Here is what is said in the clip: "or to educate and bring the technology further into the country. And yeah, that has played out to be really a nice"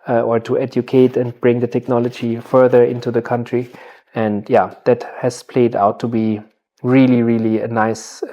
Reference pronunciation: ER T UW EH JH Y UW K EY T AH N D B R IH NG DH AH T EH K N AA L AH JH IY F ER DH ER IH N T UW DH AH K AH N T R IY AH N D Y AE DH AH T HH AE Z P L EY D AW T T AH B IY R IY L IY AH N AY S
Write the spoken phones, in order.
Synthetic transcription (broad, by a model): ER T UW EH JH Y UW K EY T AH N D B R IH NG DH AH T EH K N AA L AH JH IY F ER DH ER IH N T UW DH AH K AH N T R IY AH N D Y AE DH AH T HH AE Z P L EY D AW T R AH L IY R IY L IY AH N AY S